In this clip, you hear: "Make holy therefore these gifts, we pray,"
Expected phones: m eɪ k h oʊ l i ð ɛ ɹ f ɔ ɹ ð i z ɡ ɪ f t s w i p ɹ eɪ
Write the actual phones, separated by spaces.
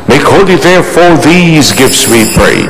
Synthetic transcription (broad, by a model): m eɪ k h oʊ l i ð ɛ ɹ f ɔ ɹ ð i z ɡ ɪ f t s w i p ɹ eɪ